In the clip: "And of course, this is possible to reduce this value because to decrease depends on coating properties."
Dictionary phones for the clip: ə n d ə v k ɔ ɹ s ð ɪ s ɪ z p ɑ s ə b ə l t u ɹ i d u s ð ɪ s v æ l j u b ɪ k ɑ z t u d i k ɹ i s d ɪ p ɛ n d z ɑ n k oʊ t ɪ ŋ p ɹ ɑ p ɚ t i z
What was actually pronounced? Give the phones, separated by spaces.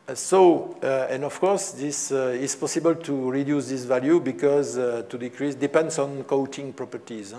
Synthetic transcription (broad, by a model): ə n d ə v k ɔ ɹ s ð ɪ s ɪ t p ɑ s ə b ə l t u ɹ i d u s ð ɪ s v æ l j u b ɪ k ɑ z t u d i k ɹ i s d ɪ p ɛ n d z ɑ n k oʊ t ɪ ŋ p ɹ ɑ p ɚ t i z